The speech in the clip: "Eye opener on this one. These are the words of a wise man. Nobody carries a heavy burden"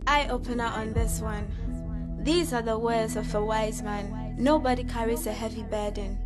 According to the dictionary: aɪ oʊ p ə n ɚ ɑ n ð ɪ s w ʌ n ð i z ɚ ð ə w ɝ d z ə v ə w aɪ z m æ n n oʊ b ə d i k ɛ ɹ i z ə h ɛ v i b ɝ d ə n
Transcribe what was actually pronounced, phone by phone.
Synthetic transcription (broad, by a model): aɪ oʊ p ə n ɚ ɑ n ð ɪ s w ʌ n ð i z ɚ ð ə w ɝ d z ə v ə w aɪ z m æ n n oʊ b ə d i k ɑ ɹ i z ə h ɛ v i b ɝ d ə n